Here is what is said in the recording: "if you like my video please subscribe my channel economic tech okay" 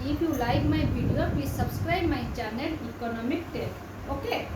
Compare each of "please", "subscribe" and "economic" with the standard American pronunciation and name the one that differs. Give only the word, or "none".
please